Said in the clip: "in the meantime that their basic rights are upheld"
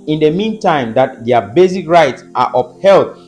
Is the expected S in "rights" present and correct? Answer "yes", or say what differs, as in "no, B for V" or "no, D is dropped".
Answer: yes